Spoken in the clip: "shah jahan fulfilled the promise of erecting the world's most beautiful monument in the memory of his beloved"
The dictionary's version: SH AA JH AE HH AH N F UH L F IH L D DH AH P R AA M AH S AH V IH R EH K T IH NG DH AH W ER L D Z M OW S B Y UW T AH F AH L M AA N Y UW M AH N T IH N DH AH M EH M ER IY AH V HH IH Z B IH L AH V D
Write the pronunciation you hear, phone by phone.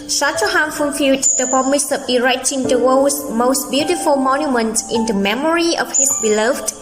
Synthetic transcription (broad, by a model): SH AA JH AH HH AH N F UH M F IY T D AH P AA M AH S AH P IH R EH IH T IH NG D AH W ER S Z M OW S B Y UW T AH F AH L M AA N Y UW M AH N T IH N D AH M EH M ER IY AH F HH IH S B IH L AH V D